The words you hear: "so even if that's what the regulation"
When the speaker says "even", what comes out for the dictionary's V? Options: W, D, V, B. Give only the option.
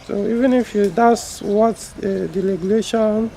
V